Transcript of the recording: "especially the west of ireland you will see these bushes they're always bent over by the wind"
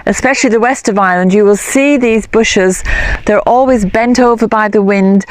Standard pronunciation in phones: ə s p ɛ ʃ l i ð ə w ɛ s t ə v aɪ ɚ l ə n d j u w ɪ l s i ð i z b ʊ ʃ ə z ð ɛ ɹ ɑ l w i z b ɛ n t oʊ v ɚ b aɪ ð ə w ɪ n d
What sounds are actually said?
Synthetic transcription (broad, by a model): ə s p ɛ ʃ l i ð ə w ɛ s t ə v aɪ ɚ l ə n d j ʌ w ɪ l s i ð i z b ʊ ʃ ə z ð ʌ ɹ ɑ l w i z b ɛ n t oʊ v ɚ b aɪ ð ə w ɪ n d